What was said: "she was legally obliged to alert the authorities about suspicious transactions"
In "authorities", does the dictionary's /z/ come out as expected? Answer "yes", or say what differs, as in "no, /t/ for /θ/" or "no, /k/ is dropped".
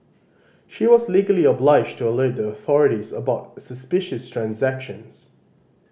yes